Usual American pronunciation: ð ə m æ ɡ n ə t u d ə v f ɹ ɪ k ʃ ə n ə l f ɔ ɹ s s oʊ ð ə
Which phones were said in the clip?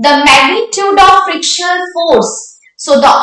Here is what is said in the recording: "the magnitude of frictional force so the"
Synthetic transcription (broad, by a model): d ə m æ ɡ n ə t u d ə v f ɹ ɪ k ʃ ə ə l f ɔ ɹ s s oʊ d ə